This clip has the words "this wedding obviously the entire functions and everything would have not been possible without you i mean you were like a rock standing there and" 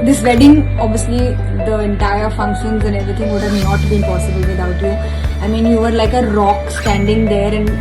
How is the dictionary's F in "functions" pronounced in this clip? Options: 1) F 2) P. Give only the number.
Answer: 1